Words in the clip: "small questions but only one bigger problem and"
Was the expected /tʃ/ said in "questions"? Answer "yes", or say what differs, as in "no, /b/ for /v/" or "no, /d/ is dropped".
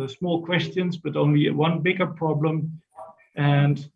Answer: yes